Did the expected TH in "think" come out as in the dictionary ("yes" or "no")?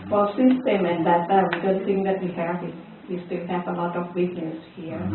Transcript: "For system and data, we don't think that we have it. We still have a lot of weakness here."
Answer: no